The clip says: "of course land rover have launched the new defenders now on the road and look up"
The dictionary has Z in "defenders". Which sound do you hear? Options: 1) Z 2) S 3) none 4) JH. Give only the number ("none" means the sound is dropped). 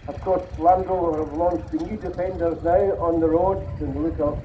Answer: 1